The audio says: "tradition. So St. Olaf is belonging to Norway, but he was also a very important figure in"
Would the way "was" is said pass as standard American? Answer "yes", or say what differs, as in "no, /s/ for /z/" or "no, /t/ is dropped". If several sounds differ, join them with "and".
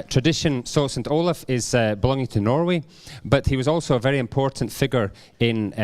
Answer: yes